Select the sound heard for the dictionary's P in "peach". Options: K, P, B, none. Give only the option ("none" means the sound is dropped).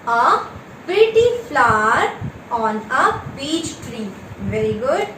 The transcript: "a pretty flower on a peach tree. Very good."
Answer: B